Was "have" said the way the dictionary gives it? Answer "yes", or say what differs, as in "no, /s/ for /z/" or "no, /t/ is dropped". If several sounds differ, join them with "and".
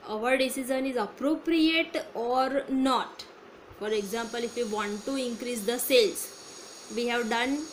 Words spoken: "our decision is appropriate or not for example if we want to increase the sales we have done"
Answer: yes